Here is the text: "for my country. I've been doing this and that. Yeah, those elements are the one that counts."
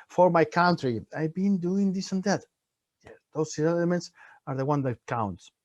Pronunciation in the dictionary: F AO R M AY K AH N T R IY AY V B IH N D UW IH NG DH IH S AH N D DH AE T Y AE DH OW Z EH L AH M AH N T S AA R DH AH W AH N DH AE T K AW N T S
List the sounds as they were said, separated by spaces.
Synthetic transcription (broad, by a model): F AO R M AY K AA N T R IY AY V B IH N D UW IH NG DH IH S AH N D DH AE T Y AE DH OW S EH L AH M AH N T S AA R DH AH W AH N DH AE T K AW N T S